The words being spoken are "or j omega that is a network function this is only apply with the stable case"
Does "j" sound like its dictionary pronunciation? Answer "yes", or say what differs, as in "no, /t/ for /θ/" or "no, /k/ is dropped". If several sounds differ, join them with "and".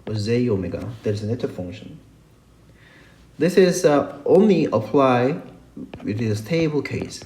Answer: no, /z/ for /dʒ/